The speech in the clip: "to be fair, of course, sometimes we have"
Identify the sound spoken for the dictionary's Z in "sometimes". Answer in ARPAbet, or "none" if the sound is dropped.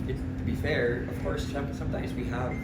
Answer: Z